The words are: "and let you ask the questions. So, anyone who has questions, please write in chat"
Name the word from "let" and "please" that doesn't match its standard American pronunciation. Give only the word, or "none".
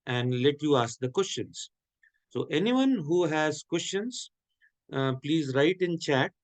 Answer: none